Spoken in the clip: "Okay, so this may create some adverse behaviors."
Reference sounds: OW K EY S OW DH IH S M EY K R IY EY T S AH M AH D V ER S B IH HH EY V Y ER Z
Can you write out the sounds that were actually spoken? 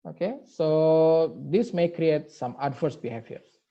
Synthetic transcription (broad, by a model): OW K EY S OW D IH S M EY K R IY EY T S AH M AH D F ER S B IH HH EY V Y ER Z